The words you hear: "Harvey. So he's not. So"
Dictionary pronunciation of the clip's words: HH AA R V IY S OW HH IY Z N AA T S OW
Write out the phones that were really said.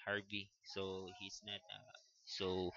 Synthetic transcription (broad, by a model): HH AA R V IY S OW HH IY S N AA T S OW